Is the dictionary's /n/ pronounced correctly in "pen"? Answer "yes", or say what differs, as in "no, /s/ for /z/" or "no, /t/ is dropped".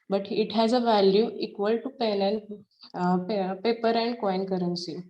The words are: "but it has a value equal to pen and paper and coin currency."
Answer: no, /l/ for /n/